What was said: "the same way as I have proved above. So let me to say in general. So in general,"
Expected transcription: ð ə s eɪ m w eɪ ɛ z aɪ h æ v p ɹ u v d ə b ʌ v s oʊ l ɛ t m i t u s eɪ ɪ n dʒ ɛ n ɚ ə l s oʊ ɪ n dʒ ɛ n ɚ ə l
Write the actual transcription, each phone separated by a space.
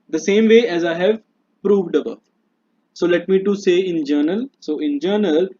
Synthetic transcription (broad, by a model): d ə s eɪ m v eɪ ɛ z aɪ h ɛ v p ɹ u v d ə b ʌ s oʊ l ɛ t m i t u s eɪ ɪ n dʒ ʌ n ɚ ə l s oʊ ɪ n dʒ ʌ n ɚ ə l